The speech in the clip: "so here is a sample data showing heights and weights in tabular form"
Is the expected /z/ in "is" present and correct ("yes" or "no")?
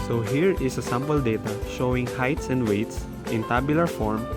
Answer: no